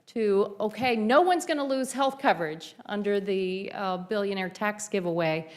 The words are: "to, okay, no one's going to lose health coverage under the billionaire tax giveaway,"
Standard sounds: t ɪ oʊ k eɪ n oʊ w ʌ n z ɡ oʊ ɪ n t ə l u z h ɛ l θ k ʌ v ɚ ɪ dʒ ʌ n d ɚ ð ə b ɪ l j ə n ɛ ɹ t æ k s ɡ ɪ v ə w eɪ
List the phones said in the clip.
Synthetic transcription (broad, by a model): t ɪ oʊ k eɪ n oʊ w ʌ n z ɡ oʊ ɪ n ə l u z h ɛ l θ k ʌ v ɚ ɪ dʒ ʌ n d ɚ ð ə b ɪ l j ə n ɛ ɹ t æ k s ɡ ɪ v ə w eɪ